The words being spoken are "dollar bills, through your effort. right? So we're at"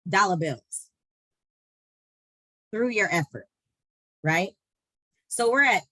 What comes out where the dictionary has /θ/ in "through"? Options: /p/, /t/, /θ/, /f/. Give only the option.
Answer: /θ/